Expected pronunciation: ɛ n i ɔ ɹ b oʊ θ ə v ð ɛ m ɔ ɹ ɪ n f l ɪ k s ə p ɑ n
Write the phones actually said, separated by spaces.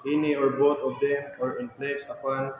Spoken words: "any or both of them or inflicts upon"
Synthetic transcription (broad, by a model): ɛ n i ɔ ɹ b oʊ t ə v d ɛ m ɔ ɹ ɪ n p l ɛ s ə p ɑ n